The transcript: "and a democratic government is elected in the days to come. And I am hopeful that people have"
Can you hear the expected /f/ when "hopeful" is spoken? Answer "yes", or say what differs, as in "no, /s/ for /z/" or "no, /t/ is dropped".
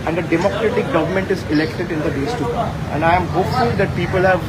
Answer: no, /f/ is dropped